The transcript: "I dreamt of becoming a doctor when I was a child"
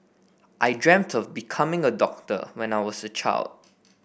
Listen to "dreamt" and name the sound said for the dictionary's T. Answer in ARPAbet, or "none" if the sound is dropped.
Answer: T